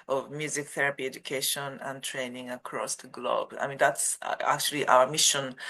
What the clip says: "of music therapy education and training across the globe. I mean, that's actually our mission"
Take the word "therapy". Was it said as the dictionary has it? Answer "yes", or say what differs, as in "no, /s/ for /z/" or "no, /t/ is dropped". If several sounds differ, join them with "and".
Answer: yes